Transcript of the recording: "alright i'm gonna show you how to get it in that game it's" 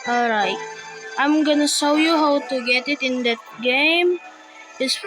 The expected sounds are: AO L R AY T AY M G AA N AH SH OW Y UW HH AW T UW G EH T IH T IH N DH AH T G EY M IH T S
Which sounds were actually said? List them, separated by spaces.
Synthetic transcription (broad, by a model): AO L R AY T AY M G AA N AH S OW Y UW HH AW T UW G EH T IH T IH N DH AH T G EY M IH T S